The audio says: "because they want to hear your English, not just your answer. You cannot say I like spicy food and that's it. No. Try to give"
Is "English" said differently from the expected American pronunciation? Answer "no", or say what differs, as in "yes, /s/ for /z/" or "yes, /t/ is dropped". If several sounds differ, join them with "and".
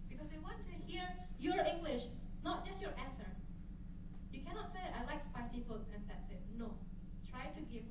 no